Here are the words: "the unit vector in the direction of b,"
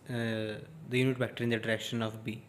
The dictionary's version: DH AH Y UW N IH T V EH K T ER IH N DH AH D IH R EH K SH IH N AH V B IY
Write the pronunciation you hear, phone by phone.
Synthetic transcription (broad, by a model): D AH Y UW N IH T B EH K T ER IH N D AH D IH R EH K SH IH N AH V B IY